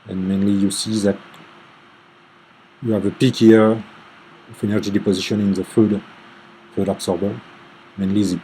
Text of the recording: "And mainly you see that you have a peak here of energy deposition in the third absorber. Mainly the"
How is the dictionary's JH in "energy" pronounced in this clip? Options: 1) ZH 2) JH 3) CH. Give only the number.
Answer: 2